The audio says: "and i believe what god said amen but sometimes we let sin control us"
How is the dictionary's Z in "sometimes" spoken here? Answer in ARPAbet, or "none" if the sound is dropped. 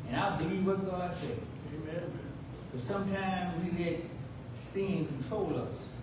Z